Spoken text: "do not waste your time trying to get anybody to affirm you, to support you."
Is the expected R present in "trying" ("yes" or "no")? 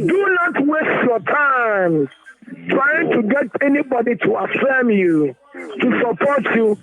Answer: yes